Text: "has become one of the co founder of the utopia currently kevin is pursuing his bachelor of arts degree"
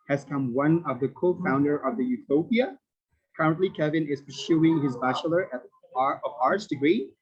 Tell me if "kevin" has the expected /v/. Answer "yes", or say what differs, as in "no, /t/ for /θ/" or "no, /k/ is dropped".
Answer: yes